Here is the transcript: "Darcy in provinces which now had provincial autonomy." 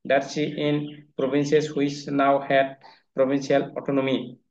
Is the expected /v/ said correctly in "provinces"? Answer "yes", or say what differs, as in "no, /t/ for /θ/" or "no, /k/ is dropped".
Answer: no, /b/ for /v/